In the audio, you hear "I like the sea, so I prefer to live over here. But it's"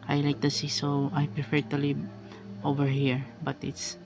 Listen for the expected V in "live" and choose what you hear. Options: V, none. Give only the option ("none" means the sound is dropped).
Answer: none